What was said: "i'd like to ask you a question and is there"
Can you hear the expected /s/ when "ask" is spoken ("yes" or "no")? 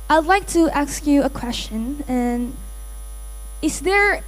yes